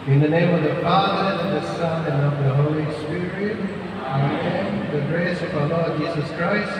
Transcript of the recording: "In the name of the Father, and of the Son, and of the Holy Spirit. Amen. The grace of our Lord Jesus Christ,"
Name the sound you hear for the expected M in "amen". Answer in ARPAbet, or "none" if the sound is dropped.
none